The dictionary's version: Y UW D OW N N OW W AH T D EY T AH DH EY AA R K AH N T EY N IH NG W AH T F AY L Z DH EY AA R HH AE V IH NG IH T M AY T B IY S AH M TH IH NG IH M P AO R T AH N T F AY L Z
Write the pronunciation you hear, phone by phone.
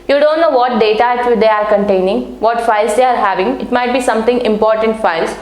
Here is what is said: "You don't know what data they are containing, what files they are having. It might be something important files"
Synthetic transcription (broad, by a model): Y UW D OW N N OW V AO T D EY T AH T EY AA R K AH N T EY N IH NG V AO T F AY L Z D EY AA R HH AE V IH NG IH T M AY T B IY S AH M T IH NG IH M P AO R T AH N T F AY L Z